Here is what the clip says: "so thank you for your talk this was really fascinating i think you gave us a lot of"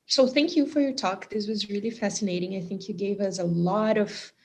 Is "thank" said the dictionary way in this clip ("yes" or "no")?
yes